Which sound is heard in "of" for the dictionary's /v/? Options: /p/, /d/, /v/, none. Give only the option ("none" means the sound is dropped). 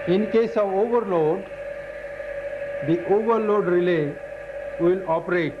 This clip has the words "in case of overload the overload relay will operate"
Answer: /v/